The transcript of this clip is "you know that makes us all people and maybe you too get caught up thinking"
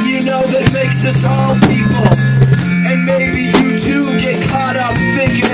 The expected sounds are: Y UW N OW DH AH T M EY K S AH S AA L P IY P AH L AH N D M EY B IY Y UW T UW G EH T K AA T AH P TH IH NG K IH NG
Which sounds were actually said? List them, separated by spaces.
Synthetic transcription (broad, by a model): Y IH N OW DH AH T M EY K S AH S AA L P IY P L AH N M EY B IY Y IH T UW G EH T K AA T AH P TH IH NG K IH